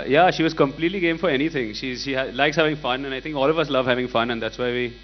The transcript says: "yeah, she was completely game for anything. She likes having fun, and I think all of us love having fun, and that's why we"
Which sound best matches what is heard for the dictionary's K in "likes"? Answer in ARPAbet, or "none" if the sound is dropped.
K